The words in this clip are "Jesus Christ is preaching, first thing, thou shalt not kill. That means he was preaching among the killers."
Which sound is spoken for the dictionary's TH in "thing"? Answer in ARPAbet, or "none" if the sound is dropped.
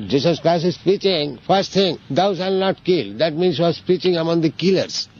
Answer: T